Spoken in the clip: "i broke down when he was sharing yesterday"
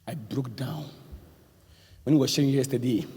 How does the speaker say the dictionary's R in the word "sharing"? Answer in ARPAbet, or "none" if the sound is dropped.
none